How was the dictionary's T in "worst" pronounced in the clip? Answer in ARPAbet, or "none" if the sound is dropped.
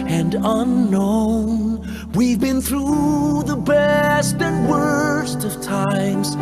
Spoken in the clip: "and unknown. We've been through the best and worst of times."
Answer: T